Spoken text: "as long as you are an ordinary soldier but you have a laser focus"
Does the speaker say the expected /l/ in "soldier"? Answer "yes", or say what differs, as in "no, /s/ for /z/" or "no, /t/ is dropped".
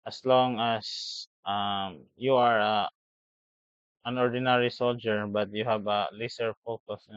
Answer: yes